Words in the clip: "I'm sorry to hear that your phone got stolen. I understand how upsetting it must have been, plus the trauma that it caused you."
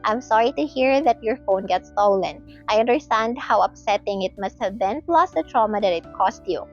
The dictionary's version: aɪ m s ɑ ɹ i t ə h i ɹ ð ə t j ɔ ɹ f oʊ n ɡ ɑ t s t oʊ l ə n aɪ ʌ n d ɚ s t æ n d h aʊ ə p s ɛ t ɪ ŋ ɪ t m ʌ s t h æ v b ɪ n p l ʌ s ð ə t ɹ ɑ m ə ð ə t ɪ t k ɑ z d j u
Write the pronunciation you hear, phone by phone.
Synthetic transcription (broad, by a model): aɪ m s ɑ ɹ i t ə h i ɹ ð ə t j ɔ ɹ f oʊ n ɡ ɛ t s t oʊ l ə n aɪ ʌ n d ɚ s t æ n d h aʊ ə p s ɛ t ɪ ŋ ɪ t m ʌ s t h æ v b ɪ n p l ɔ s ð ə t ɹ ɑ m ə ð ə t ɪ t k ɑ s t j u